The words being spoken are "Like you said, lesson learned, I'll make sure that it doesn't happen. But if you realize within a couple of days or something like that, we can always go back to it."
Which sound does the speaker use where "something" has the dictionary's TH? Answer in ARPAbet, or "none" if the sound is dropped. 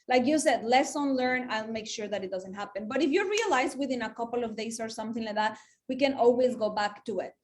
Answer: TH